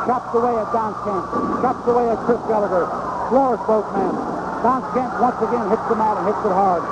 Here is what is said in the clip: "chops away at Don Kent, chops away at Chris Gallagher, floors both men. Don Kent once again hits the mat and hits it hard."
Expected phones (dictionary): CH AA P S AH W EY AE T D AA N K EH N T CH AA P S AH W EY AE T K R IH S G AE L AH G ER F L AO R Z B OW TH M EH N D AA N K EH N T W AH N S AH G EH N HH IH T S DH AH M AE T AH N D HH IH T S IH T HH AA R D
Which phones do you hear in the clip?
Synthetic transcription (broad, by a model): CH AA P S AH W EY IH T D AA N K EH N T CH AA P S AH W EY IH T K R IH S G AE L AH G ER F L AO R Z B OW T M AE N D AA N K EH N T W AH N S AH G EH N HH IH T S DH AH M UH T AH N HH IH T S IH T HH AA R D